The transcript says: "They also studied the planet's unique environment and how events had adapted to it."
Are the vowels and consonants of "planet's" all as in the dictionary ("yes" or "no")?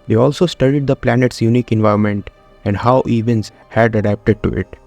yes